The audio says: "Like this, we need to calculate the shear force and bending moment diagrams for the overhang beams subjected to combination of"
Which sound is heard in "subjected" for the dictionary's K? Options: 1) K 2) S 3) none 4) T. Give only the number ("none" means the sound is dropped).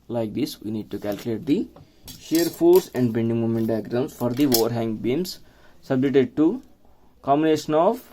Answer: 3